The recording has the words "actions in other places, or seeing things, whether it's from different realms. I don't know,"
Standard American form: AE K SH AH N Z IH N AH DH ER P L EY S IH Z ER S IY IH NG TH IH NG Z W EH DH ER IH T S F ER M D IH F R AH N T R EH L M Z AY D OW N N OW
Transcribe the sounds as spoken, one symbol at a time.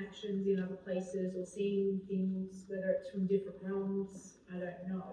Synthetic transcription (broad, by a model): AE K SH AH N Z IH N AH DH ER P L EY S IH Z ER S IY IH NG TH IH NG Z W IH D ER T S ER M D IH F R AH N T R EH L M Z AY D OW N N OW